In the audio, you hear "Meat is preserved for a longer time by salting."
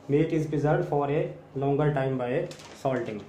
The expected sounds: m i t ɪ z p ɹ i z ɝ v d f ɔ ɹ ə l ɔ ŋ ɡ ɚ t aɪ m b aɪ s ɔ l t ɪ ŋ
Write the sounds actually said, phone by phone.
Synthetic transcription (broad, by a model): m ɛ t ɪ z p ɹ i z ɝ d f ɔ ɹ ə l ɔ ŋ ɡ ɚ t aɪ m b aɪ s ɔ l t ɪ ŋ